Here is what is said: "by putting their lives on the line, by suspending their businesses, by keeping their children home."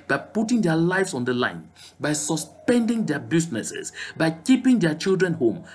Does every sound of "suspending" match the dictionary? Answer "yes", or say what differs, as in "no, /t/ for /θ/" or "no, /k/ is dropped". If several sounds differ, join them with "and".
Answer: yes